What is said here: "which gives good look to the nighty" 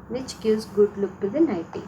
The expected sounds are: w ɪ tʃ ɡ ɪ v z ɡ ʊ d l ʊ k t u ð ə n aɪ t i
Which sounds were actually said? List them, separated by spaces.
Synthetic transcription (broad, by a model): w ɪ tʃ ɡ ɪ z ɡ ʊ d l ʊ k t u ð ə n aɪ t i